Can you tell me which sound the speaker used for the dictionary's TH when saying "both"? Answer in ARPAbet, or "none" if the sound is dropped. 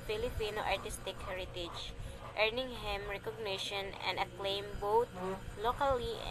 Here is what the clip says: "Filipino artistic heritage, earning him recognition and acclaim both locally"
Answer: T